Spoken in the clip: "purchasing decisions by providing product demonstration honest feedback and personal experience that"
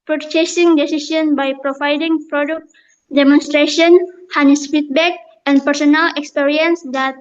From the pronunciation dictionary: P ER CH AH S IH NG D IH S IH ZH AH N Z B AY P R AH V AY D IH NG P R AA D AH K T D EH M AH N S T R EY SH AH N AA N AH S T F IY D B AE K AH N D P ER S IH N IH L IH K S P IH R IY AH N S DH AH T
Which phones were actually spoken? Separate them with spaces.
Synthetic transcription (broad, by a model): P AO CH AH S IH NG D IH S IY S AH N B AY P R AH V AY D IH NG P R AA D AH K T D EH M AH N S T R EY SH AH AA N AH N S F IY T B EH K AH N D P ER S IH N IH L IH K S P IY R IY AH N S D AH T